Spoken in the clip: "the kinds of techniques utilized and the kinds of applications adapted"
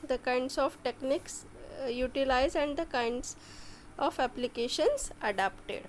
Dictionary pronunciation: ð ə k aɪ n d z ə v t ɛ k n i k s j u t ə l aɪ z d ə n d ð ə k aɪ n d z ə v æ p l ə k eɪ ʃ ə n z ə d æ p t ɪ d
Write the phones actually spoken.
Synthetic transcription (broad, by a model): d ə k aɪ n d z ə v t ɛ k n i k s j u t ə l aɪ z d ə n d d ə k aɪ n d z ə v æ p l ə k eɪ ʃ ə n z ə d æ p t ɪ d